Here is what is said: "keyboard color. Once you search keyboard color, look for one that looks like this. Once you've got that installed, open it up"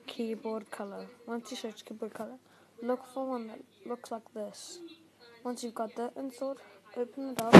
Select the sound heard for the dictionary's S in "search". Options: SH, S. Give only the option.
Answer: SH